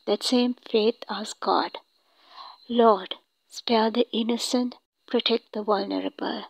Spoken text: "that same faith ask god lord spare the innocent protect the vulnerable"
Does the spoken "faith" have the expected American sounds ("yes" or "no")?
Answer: no